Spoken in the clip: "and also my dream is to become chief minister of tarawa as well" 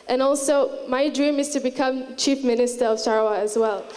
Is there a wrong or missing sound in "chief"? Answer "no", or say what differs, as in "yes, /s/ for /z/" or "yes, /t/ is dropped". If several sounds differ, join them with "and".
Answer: no